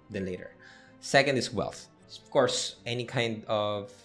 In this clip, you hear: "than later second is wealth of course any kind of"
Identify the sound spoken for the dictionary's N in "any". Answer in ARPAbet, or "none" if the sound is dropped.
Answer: N